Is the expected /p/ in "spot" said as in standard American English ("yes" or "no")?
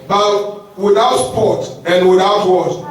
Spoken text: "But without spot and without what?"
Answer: yes